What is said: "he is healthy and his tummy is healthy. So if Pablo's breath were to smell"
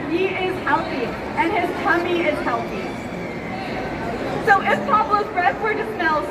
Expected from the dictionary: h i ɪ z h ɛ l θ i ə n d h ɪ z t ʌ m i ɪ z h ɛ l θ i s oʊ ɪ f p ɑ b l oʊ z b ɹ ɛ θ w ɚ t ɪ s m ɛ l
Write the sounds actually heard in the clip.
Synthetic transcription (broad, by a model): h i ɪ z h ɛ l θ i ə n ɪ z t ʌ m i ɪ z h ɛ l θ i s oʊ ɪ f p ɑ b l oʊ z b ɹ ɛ s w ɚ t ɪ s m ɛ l